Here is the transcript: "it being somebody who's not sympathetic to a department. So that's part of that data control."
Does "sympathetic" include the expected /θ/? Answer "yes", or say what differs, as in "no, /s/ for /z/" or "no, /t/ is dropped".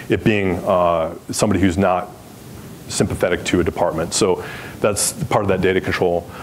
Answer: yes